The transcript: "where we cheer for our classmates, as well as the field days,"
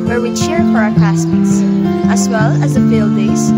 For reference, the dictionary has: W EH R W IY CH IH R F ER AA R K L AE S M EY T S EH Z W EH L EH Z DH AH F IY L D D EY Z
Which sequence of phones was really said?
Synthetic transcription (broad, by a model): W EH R W IY CH IH R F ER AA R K AE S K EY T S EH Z W EH L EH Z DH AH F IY L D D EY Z